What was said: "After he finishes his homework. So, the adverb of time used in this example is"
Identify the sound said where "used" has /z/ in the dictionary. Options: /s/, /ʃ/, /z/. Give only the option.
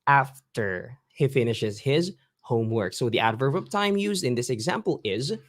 /z/